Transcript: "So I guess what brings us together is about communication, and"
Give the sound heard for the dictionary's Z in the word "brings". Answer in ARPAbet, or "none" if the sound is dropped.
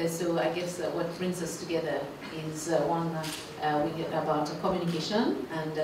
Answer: Z